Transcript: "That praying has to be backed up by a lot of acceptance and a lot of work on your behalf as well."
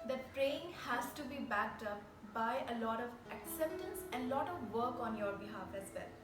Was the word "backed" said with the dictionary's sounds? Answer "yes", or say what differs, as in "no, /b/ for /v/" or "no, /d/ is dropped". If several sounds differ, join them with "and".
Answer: yes